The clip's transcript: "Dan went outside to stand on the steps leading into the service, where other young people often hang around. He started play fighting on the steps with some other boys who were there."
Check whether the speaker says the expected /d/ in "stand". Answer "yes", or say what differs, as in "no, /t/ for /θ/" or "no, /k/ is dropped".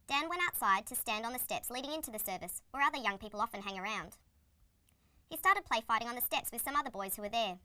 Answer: yes